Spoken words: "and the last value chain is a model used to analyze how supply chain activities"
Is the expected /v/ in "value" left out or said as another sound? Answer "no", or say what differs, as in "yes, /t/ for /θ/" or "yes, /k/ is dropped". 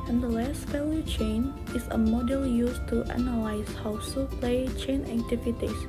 yes, /f/ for /v/